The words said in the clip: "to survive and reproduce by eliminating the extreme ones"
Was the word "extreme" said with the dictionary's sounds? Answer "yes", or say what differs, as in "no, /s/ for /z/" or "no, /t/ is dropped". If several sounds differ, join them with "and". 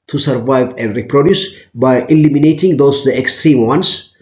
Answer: yes